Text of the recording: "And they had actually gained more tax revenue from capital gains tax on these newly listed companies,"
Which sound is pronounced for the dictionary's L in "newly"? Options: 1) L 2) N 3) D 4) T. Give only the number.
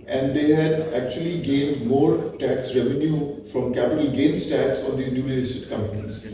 2